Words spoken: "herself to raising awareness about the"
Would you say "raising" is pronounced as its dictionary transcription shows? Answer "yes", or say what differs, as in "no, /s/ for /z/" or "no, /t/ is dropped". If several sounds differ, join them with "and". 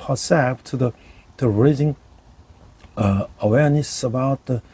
yes